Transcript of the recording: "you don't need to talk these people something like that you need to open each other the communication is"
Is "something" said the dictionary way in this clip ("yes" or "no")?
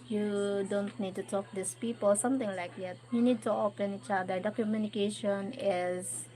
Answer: no